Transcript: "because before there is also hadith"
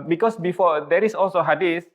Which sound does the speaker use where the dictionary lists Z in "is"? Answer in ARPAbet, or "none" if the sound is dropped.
S